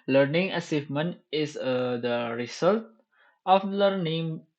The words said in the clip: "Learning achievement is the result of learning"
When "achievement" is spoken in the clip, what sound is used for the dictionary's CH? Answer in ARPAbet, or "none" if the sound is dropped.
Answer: S